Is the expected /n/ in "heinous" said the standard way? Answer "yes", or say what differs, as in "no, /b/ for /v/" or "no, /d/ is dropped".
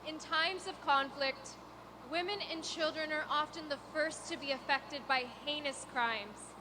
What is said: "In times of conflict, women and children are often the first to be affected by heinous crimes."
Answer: yes